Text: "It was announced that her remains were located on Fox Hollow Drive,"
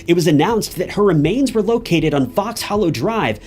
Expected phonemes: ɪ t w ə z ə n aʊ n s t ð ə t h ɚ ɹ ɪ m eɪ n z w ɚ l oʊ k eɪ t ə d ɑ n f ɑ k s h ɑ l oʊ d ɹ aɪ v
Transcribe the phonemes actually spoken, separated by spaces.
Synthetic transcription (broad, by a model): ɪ t w ə z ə n aʊ n s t ð ə t h ɚ ɹ ɪ m eɪ n z w ɚ l oʊ k eɪ t ə d n f ɑ k s h ɑ l oʊ d ɹ aɪ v